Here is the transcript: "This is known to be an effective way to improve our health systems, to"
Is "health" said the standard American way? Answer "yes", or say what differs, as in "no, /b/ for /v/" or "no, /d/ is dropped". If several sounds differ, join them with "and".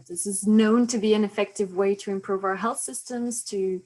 yes